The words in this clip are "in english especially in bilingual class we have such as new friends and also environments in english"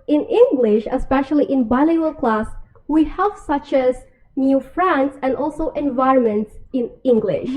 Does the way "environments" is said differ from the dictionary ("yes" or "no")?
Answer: no